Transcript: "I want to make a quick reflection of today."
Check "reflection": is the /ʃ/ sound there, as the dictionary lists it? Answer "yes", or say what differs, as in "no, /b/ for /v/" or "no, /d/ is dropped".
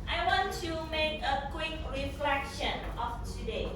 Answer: yes